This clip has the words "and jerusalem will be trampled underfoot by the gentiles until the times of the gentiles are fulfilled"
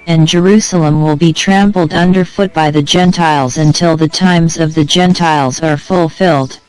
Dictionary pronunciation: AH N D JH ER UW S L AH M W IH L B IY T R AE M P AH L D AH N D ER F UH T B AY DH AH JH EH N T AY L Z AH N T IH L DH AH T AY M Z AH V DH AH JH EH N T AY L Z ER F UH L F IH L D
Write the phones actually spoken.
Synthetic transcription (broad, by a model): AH N JH ER UW S L AH M W IH L B IY T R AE M P L D AH N D ER F UH T B AY DH AH JH EH N T AY L Z AH N T IH L DH AH T AY M Z AH V DH AH JH EH N T AY L Z ER F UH L F IH L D